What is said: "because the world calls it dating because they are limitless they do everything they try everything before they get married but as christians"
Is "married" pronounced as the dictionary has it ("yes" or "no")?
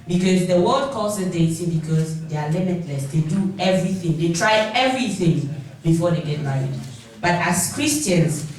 no